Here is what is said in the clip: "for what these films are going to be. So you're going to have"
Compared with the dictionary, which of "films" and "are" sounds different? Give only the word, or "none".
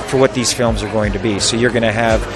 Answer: none